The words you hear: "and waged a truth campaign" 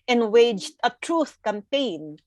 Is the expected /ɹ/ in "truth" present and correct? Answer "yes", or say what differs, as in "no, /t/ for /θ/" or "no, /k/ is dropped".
yes